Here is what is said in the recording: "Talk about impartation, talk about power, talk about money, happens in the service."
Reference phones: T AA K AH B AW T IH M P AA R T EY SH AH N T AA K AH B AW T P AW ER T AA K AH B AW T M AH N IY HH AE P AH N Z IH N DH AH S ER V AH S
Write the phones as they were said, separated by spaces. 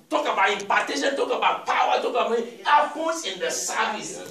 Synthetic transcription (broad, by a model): T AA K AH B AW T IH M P AA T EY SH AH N T AA K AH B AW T P AW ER T AA K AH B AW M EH IY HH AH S IH N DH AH S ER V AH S